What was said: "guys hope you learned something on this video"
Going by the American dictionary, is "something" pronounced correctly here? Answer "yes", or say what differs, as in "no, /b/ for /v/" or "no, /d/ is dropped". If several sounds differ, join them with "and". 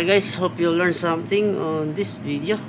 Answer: no, /t/ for /θ/